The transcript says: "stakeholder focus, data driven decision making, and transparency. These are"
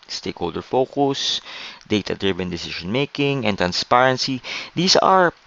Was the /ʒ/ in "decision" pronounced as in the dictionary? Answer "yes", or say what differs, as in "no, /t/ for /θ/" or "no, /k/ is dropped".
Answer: no, /ʃ/ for /ʒ/